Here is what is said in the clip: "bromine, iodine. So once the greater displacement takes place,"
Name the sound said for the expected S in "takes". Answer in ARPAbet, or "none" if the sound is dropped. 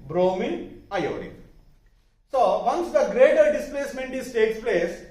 S